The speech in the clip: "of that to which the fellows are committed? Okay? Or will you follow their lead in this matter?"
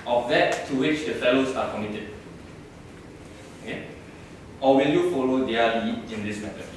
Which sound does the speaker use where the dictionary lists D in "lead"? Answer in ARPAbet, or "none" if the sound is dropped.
none